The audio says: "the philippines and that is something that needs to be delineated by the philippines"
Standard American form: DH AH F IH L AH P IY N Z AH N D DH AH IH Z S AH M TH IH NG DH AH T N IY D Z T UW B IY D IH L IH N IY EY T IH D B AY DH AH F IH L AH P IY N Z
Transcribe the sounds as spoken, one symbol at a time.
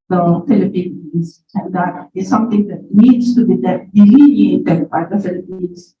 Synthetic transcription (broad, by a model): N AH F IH L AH P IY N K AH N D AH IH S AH M T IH NG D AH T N IY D S T UW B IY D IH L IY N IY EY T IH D B AY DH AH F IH L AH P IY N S